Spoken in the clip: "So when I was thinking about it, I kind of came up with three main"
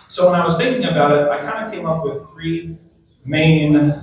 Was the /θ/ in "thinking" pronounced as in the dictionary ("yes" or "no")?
yes